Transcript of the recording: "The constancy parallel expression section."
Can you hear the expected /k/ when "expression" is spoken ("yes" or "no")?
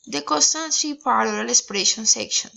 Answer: no